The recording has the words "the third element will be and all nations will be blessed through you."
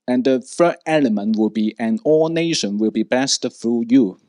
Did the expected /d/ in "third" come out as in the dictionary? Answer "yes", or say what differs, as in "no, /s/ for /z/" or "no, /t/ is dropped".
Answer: no, /d/ is dropped